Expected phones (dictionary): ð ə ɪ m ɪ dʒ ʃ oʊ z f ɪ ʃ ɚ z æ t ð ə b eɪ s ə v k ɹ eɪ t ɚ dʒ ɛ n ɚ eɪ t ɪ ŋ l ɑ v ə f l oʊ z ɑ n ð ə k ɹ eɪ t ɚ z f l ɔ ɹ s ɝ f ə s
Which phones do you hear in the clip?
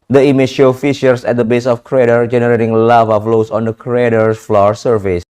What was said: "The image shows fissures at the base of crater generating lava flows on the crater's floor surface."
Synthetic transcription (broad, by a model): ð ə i m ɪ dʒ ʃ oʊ f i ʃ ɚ s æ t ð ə b eɪ s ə f k ɹ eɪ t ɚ dʒ ɛ n ɚ eɪ t ɪ ŋ l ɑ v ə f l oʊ s ɑ n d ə k ɹ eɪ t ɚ f l ɔ ɹ s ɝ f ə s